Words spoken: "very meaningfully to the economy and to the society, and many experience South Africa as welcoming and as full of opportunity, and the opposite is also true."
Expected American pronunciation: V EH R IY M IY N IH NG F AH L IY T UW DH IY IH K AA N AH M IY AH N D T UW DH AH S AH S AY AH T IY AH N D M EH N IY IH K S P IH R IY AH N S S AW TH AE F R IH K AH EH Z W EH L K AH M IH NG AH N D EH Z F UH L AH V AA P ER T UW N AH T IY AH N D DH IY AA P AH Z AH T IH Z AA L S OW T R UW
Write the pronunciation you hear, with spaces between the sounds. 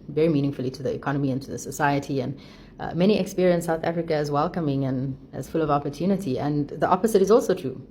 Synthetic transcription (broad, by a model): V EH R IY M IY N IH NG F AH L IY T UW DH IY IH K AA N AH M IY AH N T UW DH AH S AH S AY AH T IY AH N M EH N IY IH K S P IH R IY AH N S S AW TH AE F R IH K AH Z W EH L K AH M IH NG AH N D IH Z F UH L AH V AA P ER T UW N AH T IY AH N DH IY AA P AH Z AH T IH Z AA L S OW T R UW